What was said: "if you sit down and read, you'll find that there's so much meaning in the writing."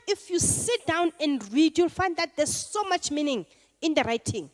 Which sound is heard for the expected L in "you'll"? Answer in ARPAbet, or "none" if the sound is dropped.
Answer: L